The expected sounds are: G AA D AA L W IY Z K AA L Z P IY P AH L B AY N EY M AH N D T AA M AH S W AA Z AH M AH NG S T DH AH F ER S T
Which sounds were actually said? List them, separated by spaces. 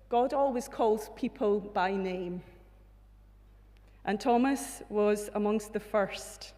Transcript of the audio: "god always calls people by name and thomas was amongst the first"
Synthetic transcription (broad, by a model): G AA D AA L W IY Z K AA L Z P IY P AH L B AY N EY M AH N T AA M AH S W AA Z AH M AH NG S T DH AH F ER S T